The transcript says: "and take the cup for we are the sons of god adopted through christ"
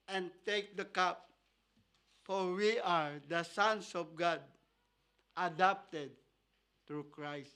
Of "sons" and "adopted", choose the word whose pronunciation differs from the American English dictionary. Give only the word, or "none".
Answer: sons